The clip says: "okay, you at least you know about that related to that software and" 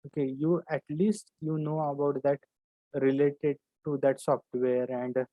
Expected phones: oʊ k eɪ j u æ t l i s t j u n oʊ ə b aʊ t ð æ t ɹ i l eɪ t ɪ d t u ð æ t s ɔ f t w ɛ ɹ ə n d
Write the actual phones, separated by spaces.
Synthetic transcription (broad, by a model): oʊ k eɪ j u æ t l i s t j u n oʊ ə b aʊ t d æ t ɹ i l eɪ t ɪ d t u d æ t s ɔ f t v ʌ ɹ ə n d